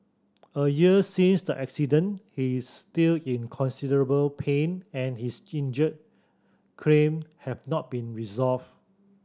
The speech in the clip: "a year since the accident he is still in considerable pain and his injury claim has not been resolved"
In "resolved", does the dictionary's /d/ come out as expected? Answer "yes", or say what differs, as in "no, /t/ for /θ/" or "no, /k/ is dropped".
no, /d/ is dropped